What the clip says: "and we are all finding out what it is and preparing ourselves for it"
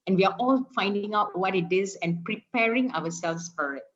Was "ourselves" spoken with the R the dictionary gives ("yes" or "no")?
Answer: no